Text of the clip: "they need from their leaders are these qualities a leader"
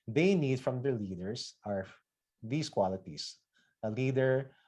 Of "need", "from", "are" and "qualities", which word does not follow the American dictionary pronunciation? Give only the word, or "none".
qualities